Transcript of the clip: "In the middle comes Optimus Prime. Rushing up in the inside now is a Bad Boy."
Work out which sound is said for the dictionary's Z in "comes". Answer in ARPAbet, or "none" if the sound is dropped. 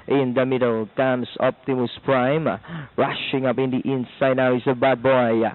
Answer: S